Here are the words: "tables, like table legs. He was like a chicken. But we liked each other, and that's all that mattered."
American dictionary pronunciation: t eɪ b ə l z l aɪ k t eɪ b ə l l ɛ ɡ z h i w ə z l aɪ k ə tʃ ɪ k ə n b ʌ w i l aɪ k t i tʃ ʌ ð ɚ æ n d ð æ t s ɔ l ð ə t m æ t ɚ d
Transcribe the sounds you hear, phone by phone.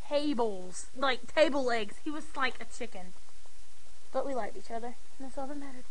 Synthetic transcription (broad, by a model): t eɪ b l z l aɪ k t eɪ ə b l ɛ ɡ z h i w ə z l aɪ k ə tʃ ɪ k ə n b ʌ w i l aɪ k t i tʃ ʌ ð ɚ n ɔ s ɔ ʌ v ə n m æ t ɚ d